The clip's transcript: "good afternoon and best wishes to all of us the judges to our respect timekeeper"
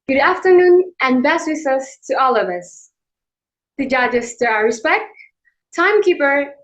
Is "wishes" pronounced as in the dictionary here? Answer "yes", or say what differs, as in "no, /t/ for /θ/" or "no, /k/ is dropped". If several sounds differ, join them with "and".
no, /s/ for /ʃ/ and /s/ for /z/